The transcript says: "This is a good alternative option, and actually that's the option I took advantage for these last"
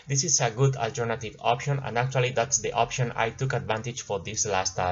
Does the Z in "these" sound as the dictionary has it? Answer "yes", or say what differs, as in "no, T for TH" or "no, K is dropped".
no, S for Z